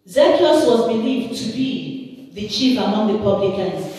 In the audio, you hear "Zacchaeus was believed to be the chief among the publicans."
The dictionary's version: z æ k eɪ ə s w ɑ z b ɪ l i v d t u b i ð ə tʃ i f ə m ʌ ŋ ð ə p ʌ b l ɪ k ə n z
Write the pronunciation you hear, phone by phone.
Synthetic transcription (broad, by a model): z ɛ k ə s w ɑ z b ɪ l i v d t u b i ð ə tʃ i f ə m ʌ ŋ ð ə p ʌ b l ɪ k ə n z